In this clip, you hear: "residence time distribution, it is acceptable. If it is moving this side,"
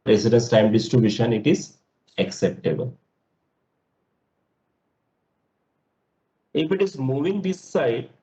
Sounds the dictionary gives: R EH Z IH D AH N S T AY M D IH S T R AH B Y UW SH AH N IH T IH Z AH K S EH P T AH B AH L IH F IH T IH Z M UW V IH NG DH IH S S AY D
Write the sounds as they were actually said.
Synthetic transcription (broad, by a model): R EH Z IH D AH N S T AY M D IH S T AH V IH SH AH N IH T IH Z AH K S EH P T AH B AH L IH F IH T IH Z M UW V IH NG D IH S S AY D